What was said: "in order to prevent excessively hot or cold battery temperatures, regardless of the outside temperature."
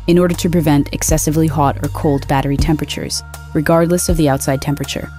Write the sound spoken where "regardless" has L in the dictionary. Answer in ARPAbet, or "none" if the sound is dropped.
L